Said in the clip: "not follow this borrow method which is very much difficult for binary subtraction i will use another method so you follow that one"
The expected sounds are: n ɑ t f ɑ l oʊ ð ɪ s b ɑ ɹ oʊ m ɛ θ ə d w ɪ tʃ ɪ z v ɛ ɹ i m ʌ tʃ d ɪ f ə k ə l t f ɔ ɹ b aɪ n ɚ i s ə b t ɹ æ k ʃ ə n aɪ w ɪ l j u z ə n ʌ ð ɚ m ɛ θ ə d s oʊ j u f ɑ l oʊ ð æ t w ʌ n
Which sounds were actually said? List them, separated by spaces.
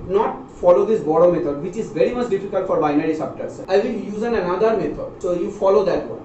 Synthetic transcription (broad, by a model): n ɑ t f ɑ l oʊ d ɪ s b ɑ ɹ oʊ m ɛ t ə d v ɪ tʃ ɪ z v ɛ ɹ i m ʌ tʃ d ɪ f ə k ə l t f ɔ ɹ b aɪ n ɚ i s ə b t ʌ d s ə ɪ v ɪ l j u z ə n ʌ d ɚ m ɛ t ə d s oʊ j u f ɑ l oʊ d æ t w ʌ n